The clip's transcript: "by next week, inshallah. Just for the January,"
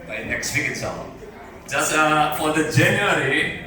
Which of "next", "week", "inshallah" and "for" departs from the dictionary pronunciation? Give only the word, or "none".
inshallah